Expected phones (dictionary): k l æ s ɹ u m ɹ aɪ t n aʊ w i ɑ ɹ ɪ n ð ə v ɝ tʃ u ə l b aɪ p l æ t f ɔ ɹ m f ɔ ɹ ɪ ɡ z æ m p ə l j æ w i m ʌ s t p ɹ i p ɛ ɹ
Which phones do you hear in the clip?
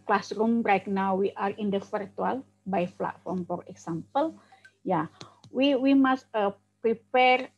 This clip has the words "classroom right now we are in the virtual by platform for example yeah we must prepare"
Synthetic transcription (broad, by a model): k l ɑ s ɹ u m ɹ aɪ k n aʊ w i ɑ ɹ ɪ n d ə f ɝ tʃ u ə l b aɪ f l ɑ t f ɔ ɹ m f ɔ ɹ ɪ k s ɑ m p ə l j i w i m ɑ s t p ɹ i p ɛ ɹ